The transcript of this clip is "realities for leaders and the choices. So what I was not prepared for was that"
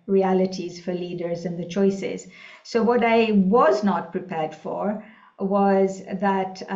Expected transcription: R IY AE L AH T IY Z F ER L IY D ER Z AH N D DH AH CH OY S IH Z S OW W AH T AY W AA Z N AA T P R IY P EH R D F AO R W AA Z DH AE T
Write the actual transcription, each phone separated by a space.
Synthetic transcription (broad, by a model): R IY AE L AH T IY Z F ER L IY D ER Z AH N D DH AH CH OY S IH Z S OW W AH T AY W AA Z N AA T P R IY P EH R D F AO R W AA Z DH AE T